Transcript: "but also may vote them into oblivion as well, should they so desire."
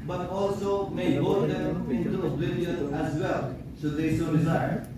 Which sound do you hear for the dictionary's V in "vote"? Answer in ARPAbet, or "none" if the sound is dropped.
B